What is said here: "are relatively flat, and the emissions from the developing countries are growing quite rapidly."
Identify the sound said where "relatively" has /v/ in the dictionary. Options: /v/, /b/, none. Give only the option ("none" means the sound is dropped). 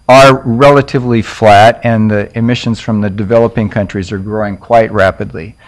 /v/